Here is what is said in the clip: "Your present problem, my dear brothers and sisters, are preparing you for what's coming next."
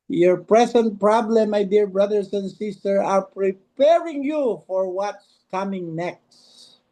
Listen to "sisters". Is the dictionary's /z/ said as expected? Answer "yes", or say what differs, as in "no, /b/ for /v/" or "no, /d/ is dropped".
no, /z/ is dropped